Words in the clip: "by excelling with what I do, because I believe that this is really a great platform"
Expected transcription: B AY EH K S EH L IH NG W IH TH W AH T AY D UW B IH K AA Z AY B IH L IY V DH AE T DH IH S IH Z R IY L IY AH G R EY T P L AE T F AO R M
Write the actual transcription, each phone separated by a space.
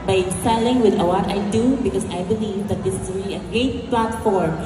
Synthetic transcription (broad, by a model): B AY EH S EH L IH NG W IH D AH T AY D UW B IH K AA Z AY B IH L IY V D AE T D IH S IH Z R IY L IY AH G R EY T P L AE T F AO R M